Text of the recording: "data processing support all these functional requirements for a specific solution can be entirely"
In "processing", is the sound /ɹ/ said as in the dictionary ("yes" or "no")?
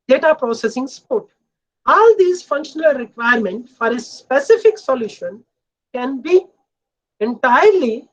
yes